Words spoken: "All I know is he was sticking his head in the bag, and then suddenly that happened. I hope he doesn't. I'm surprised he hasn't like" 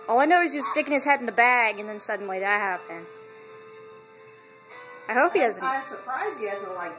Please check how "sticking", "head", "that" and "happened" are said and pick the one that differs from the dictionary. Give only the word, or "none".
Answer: happened